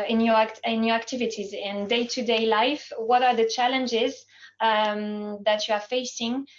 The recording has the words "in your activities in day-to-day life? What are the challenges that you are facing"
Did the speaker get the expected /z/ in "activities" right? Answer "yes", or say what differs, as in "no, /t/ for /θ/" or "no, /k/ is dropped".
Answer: yes